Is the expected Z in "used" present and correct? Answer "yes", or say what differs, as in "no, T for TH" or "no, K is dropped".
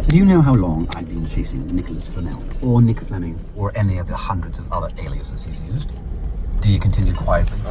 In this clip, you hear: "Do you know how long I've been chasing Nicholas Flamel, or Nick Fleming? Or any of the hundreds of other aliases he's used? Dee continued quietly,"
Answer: yes